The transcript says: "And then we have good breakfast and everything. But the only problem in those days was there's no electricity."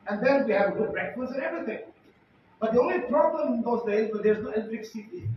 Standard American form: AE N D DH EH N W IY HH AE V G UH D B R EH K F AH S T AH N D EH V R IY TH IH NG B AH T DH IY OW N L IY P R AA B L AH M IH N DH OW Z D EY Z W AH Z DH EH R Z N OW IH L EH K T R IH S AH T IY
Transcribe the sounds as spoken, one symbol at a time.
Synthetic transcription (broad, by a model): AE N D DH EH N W IY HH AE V G UH D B R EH K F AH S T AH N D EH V R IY T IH NG B AH T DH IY OW N L IY P R AA B L AH M IH N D OW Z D EY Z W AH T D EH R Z N OW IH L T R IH S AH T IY